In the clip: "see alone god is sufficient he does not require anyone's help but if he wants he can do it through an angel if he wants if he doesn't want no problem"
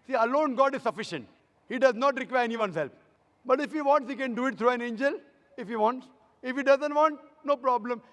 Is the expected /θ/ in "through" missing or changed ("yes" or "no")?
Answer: yes